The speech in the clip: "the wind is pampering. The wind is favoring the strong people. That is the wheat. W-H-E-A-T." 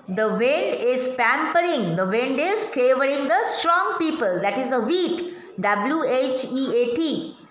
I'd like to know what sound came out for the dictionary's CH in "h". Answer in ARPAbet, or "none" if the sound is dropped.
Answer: CH